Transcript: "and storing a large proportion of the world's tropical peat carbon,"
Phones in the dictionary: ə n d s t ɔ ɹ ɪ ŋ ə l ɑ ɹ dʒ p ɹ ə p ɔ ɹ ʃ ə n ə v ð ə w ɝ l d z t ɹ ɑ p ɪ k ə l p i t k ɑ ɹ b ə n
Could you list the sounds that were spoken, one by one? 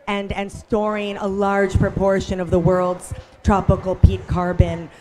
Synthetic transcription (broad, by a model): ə n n s t ɔ ɹ ɪ ŋ ə l ɑ ɹ dʒ p ɹ ə p ɔ ɹ ʃ ə n ə v ð ə w ɝ l d z t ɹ ɑ p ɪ k l p i t k ɑ ɹ b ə n